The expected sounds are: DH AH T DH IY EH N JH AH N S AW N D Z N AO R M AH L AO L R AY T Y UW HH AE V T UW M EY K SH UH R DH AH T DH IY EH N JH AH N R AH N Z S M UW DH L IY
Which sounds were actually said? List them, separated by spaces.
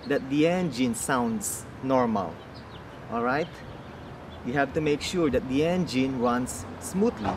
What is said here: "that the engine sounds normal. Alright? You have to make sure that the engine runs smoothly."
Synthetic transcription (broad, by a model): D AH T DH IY EH N JH AH N S AW N D S N AO R M AH L AO L R AY T Y UW HH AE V T UW M EY K SH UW R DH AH T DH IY EH N JH AH N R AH N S M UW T L IY